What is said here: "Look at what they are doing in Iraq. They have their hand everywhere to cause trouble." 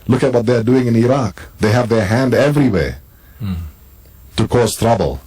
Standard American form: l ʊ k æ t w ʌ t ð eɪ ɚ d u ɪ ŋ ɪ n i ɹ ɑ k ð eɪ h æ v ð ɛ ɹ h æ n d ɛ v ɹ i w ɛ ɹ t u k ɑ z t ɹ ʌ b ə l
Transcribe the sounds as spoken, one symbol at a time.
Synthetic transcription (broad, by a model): l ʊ k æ t w ʌ t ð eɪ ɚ d u ɪ ŋ ɪ n i ɹ ɑ k ð eɪ h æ v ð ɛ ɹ h æ n d ɛ v ɹ i w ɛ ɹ t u k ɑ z t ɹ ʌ b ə l